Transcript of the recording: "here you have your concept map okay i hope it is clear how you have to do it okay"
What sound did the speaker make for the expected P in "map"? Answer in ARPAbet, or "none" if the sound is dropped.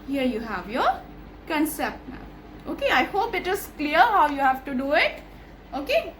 none